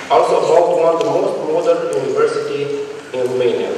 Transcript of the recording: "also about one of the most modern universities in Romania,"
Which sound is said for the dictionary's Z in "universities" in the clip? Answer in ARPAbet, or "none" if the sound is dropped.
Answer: none